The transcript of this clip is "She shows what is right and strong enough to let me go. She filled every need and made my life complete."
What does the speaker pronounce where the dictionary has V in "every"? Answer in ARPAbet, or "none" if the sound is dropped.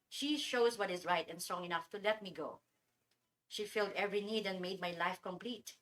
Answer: V